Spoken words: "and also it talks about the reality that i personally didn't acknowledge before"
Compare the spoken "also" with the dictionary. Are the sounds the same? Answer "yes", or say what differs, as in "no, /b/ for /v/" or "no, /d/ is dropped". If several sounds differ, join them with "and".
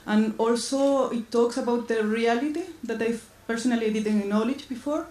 yes